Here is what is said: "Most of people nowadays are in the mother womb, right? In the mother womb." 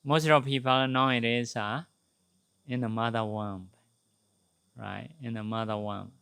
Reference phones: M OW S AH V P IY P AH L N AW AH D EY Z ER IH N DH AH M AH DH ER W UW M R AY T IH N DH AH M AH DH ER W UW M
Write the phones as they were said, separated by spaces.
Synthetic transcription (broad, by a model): M OW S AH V P IY P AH N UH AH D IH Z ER IH N DH AH M AH DH ER W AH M R AY T IH N DH AH M AH DH ER W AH M